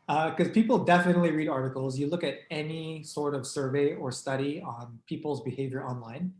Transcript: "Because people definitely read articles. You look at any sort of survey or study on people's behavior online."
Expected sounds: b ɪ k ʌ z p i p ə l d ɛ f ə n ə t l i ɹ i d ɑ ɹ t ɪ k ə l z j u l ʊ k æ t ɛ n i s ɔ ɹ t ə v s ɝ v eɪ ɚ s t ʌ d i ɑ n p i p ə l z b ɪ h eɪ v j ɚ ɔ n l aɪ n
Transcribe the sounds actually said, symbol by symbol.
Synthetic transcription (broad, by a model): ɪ k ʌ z p i p l d ɛ f ə n ə t l i ɹ i d ɑ ɹ t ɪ k l z j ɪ l ʊ k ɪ t ɛ n i s ɔ ɹ t ə v s ɝ v eɪ ɚ s t ʌ d i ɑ n p i p l z b ɪ h eɪ v j ɚ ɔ n l aɪ n